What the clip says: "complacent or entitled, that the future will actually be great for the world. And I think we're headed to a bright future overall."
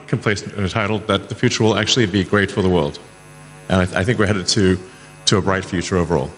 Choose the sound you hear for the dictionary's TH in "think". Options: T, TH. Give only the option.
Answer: TH